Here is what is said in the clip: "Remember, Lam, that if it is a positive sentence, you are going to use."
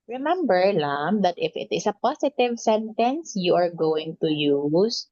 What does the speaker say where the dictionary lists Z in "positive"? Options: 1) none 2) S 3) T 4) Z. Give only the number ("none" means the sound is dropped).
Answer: 2